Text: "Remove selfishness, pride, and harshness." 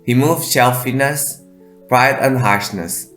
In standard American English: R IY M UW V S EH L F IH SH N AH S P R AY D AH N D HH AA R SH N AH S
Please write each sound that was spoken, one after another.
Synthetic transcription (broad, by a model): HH IY M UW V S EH L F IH N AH S P R AY D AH N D HH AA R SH N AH S